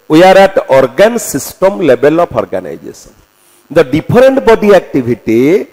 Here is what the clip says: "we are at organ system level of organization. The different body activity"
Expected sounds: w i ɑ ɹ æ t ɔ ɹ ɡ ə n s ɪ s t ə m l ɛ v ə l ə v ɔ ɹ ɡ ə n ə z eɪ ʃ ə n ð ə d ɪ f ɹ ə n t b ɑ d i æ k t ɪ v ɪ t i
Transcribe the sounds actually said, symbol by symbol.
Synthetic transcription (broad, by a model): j ɑ ɹ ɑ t ɔ ɹ ɡ ə n s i s t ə m l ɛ b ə l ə p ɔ ɹ ɡ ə n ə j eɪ s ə n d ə d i p ɹ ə n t b ɑ d i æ k t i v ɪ t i